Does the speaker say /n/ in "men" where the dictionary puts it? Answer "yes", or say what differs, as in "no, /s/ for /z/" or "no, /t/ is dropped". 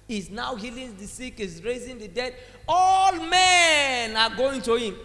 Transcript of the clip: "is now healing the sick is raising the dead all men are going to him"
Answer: yes